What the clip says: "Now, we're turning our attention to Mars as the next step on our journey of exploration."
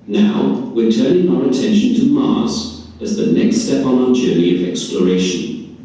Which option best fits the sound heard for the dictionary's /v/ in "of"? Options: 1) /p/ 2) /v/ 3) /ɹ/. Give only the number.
2